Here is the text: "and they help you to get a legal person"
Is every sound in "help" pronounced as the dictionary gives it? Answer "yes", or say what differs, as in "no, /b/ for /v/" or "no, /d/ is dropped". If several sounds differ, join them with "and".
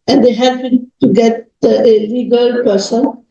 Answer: no, /l/ is dropped